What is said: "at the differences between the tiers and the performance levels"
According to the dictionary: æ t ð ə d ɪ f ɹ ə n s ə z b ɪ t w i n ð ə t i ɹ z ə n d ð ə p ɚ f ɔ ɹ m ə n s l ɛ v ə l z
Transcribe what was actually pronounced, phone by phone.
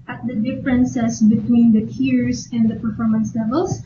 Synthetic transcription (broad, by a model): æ t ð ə d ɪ f ɹ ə n s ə s b ɪ t w i n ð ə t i ɹ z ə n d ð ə p ɚ f ɔ ɹ m ə n s l ɛ v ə l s